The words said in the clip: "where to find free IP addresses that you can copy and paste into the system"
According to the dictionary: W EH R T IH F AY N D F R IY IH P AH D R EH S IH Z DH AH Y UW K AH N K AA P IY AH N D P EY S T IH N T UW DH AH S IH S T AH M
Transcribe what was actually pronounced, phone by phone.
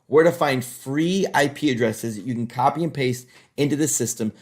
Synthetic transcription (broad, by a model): W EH R T IH F AY N D F R IY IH P AH D R EH S IH Z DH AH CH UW K N K AA P IY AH N P EY S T IH N T UW DH AH S IH S T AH M